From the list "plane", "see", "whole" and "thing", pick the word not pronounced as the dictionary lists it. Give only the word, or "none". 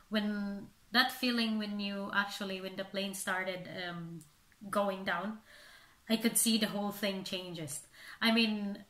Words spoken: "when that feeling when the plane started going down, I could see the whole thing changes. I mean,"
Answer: none